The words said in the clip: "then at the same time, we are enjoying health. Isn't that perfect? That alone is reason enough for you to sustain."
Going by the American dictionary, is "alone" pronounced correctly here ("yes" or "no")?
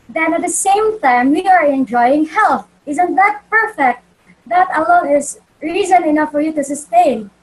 no